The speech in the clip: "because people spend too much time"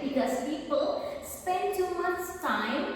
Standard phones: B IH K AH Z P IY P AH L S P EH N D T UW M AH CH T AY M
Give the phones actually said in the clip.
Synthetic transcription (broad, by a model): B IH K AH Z P IY P AH L S P EH N D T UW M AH S T AY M